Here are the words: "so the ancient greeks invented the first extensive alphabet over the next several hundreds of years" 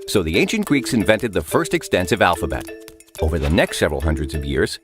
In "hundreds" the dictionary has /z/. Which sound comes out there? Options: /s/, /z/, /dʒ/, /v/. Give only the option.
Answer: /z/